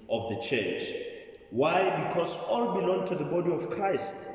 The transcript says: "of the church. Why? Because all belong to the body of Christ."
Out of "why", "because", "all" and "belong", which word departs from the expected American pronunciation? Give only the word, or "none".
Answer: because